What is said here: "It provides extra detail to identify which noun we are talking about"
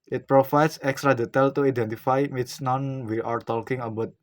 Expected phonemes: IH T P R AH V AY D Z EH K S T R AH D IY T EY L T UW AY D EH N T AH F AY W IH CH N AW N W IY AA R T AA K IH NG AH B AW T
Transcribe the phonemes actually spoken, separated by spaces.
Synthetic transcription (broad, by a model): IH T P R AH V AY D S EH K S T R AH D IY T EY L T UW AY D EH N T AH F AY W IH S N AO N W IY AA R T AA K IH NG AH B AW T